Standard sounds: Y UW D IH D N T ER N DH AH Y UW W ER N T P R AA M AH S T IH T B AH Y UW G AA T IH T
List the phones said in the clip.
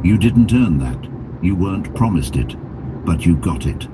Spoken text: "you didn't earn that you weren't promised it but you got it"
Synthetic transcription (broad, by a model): Y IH D IH D N T ER N DH AH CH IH W ER N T P R AA M AH S T IH T B AH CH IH G AA T IH T